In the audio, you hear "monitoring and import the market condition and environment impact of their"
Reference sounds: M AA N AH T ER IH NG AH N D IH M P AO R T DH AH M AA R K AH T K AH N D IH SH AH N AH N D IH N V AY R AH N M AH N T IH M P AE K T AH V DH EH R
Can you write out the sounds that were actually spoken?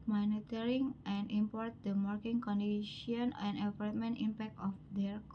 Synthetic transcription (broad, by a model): M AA N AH T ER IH NG AH N D IH M P AO R T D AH M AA R K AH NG K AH N D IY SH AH N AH N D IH V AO L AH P M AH N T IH M P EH K T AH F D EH R